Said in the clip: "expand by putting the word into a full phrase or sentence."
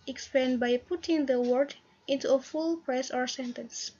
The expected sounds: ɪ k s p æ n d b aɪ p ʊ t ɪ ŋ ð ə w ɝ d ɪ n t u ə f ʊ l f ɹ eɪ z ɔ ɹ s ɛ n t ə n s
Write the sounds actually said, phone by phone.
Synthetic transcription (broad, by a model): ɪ k s p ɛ n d b aɪ p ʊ t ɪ ŋ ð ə w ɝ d ɪ n t u ə f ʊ l p ɹ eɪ s ɔ ɹ s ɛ n t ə n s